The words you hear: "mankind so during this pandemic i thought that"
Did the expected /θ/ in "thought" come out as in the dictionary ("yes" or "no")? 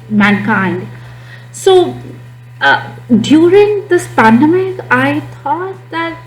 no